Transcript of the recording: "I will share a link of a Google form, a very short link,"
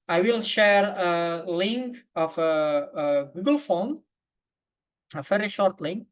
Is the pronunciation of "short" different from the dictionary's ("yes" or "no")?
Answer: no